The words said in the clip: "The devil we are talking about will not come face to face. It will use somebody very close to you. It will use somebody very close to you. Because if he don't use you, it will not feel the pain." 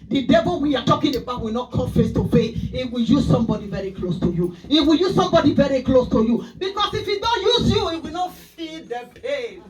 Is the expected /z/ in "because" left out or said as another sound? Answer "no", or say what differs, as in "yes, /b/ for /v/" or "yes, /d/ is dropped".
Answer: yes, /s/ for /z/